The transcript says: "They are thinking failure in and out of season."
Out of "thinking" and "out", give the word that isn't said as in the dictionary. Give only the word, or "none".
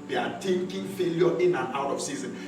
thinking